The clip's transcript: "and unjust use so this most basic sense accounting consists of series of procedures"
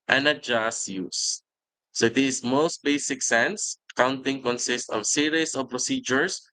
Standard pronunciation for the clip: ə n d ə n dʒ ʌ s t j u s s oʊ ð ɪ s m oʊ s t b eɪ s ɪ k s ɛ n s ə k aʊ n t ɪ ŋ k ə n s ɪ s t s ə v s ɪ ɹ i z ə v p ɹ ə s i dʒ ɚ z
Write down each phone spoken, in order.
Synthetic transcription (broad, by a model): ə n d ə dʒ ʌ s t j u s s oʊ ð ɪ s m oʊ s t b eɪ s ɪ k s ɛ n s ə k aʊ n t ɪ ŋ k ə n s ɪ s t ə v s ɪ ɹ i s ə v p ɹ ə s i dʒ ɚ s